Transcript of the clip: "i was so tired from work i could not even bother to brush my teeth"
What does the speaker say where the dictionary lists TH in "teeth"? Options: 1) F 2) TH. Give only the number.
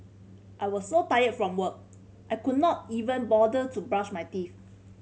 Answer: 1